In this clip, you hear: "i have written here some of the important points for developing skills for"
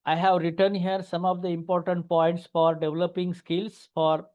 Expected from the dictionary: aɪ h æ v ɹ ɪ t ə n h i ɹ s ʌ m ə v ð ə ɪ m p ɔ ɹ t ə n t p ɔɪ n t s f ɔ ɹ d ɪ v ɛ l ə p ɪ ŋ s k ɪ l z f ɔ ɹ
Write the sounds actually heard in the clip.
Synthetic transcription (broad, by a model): aɪ h æ v ɹ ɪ t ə n h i ɹ s ʌ m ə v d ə ɪ m p ɔ ɹ t ə n t p ɔɪ n t s f ɔ ɹ d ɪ v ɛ l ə p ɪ ŋ s k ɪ l s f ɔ ɹ